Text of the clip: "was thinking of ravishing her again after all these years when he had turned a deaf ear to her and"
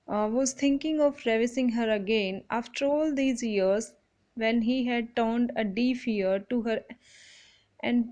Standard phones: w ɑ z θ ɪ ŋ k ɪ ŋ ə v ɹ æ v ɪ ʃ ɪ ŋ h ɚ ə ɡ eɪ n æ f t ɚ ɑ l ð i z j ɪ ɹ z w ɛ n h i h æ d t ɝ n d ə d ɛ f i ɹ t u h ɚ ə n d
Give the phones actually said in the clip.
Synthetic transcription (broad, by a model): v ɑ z t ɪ ŋ k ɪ ŋ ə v ɹ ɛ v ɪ s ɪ ŋ h ɚ ə ɡ eɪ n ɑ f t ɚ ɑ l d i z j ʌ ɹ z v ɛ n h i h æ d t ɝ n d ə d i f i ɹ t u h ɚ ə n d